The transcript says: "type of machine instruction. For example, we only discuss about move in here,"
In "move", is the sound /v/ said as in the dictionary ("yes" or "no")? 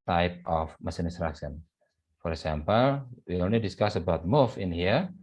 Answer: no